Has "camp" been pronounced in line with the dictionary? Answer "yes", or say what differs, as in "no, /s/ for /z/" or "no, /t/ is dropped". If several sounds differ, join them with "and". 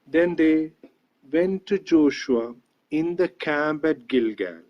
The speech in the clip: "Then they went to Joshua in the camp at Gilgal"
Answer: no, /b/ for /p/